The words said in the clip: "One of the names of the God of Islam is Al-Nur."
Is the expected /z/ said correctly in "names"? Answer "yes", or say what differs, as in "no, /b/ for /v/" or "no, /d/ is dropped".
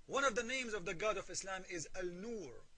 yes